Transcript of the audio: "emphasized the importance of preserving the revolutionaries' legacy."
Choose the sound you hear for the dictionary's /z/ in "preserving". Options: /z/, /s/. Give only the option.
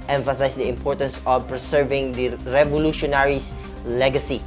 /s/